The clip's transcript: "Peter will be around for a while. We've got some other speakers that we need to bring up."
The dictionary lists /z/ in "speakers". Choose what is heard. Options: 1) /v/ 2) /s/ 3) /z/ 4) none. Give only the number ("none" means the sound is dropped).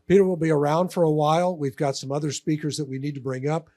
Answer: 3